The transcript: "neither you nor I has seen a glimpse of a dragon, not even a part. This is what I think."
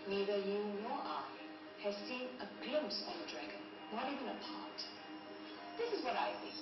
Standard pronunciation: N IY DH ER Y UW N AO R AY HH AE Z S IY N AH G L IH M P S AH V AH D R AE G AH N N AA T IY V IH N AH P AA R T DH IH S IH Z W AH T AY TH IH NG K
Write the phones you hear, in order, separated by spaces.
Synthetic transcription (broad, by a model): N IY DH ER Y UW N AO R AY HH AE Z S IY N AH G L IH M P S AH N AH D R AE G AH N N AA T IY V IH N AH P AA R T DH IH S IH Z W AH T AY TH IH